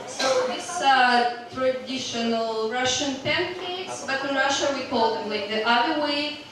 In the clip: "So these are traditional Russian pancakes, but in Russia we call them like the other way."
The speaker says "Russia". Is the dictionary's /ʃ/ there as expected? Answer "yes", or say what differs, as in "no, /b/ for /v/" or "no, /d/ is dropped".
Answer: yes